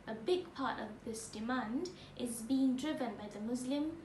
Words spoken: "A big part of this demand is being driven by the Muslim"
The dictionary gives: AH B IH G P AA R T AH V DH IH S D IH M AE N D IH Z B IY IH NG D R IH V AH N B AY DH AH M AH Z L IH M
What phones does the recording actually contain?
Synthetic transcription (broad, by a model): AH B IH G P AA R T AH V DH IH S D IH M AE N D IH Z B IY IH NG D R IH V AH N B AY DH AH M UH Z L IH M